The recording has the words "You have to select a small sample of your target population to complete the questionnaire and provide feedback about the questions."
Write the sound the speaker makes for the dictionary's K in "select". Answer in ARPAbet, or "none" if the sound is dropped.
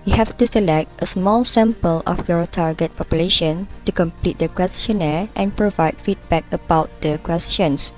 K